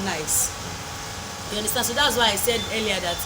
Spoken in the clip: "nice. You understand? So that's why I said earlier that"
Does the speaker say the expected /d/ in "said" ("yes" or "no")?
yes